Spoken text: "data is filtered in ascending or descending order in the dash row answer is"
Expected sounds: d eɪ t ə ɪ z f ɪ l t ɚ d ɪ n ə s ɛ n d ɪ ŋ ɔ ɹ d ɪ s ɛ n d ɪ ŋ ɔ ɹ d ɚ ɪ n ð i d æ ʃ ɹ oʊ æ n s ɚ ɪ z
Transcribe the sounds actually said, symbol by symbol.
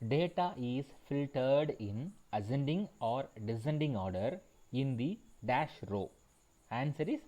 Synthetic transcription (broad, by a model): d eɪ t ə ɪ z f ɪ l t ɚ d ɪ n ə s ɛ n d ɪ ŋ ɔ ɹ d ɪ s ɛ n d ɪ ŋ ɔ ɹ d ɚ ɪ n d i d æ ʃ ɹ oʊ æ n s ɚ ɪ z